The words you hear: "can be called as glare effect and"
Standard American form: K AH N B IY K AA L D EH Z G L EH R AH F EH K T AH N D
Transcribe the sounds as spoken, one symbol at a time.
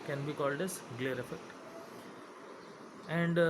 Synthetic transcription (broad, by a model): K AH N B IY K AA L D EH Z G L EH R AH F EH K T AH N D